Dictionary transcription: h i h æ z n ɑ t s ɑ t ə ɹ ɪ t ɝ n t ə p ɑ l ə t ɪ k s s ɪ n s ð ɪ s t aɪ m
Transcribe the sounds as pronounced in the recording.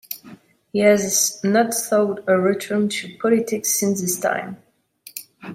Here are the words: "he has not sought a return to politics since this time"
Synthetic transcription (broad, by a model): h i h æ z n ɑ t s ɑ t ə ɹ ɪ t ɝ n t ə p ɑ l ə t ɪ k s s ɪ n s ð ɪ s t aɪ m